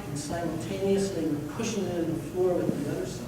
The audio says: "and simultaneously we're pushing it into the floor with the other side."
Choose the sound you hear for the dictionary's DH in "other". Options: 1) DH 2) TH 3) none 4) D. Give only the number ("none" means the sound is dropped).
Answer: 3